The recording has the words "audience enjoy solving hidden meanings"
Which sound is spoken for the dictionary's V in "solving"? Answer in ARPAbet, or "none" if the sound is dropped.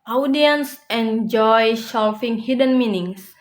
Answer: F